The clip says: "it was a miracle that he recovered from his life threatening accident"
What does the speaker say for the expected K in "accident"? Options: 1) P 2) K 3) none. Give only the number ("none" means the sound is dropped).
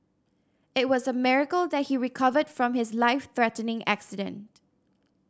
2